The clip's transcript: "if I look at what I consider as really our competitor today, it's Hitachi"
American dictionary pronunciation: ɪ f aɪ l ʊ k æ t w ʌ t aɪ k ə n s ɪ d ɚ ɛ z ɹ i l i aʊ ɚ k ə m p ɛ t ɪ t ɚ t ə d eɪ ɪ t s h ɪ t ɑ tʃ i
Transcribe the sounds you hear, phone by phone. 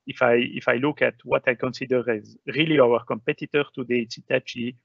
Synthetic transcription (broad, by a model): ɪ f aɪ l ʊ k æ t w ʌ t aɪ k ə n s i d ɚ ɛ z ɹ i l i aʊ ɚ k ə m p ɛ t ɪ t ɚ t ə d eɪ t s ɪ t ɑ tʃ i